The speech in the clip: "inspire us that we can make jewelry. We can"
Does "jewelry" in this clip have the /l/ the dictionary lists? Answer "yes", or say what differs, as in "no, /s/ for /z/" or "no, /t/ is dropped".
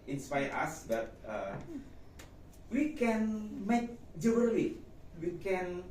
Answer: no, /n/ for /l/